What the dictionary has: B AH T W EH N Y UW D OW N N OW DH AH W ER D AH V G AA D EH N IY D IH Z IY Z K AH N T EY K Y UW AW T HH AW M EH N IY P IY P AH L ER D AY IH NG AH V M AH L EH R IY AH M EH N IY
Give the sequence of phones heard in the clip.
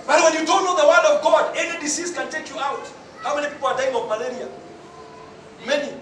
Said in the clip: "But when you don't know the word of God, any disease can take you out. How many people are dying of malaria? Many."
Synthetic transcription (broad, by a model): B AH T W EH N Y UW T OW L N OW DH AH W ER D AH V G AA D EH N IY D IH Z IY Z K AH N T EY K Y UW AW T HH AW M EH N IY P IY P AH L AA D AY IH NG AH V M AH L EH R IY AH M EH N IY